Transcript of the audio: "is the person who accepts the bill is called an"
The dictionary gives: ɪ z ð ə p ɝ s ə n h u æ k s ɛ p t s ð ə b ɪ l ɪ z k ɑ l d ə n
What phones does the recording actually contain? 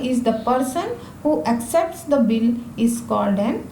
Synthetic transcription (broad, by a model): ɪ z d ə p ɝ s ə n h u æ k s ɛ p t s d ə b ɪ l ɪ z k ɑ l d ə n